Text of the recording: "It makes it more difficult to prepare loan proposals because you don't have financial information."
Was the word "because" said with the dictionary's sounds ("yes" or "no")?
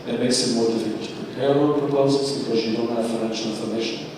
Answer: yes